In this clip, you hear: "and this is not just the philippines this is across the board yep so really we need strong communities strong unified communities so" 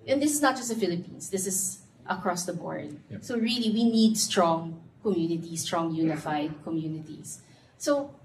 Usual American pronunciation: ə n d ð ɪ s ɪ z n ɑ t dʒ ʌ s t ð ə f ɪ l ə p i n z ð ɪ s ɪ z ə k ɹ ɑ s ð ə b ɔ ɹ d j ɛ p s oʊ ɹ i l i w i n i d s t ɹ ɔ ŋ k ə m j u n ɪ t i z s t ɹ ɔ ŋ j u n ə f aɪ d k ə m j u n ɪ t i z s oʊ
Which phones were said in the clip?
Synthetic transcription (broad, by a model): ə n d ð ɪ s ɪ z n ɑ t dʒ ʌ s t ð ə f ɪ l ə p i n s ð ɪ s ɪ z ə k ɹ ɑ s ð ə b ɔ ɹ d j s oʊ ɹ i l i w i n i d s t ɹ ɔ ŋ k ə m j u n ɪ t i s t ɹ ɔ ŋ j u n ə f aɪ d k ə m j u n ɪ t i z s oʊ